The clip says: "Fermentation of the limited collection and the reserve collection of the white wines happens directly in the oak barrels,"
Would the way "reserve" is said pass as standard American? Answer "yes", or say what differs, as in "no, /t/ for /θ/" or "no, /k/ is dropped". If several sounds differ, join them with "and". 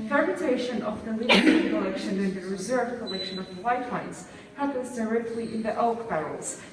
yes